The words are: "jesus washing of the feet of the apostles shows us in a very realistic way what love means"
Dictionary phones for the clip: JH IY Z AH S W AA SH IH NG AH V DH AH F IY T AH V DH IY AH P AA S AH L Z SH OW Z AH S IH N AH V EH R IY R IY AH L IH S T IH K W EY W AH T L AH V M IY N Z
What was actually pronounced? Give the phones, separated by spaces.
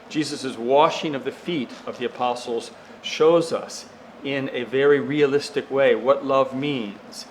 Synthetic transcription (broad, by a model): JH IY Z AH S W AA SH IH NG AH V DH AH F IY T AH V DH IY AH P AA S L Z SH OW Z AH S IH N AH V EH R IY R IY AH L IH S T IH K W EY W AH T L AH V M IY N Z